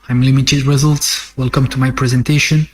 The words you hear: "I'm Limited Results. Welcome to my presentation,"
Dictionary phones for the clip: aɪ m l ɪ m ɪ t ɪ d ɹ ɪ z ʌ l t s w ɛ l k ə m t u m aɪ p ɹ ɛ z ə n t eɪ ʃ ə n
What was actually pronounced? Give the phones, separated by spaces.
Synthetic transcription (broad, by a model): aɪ m l ɪ m ɪ t ɪ d ɹ ɪ z ʌ l t s w ɛ l k ə m t u m aɪ p ɹ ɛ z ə n t eɪ ʃ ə n